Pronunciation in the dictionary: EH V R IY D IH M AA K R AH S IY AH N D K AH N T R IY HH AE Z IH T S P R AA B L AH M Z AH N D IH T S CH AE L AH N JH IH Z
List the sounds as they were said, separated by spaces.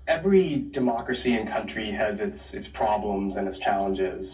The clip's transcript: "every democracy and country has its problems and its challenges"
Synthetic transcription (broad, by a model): EH V R IY D IH M AA K R AH S IY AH N K AH N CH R IY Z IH S IH T S P R AA B L AH M Z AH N IH T S CH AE L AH N JH IH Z